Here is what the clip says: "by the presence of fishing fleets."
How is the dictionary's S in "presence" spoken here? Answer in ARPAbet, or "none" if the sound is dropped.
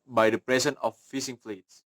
none